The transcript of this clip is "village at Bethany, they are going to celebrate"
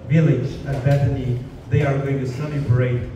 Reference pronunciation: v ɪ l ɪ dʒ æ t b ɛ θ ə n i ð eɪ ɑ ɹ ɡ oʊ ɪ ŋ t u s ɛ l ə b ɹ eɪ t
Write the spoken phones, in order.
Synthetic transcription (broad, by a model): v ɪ l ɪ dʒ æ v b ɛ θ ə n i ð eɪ ɑ ɹ ɡ oʊ ɪ ŋ t u s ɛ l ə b ɹ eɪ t